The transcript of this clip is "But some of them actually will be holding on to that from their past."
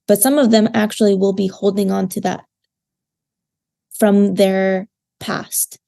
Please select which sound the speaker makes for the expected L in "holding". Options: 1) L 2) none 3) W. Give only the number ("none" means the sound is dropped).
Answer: 1